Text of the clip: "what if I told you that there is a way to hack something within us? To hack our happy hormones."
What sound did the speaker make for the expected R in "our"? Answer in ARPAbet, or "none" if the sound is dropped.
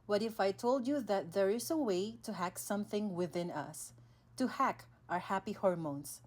R